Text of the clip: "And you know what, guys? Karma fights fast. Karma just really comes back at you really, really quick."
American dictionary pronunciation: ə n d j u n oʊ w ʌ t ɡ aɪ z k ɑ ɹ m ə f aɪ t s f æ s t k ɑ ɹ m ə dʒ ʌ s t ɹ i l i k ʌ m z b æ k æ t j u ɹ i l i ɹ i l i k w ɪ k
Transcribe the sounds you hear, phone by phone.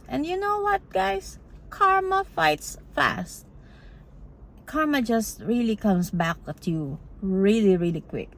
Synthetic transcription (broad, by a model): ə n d j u n oʊ w ʌ t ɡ aɪ s k ɑ ɹ m ə f aɪ t s f æ s t k ɑ ɹ m ə dʒ ʌ s t ɹ i l i k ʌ m s b æ k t j u ɹ i l i ɹ i l i k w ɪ k